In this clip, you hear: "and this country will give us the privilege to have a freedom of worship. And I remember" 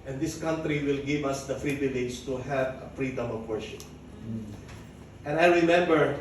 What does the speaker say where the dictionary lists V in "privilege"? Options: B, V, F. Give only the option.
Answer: B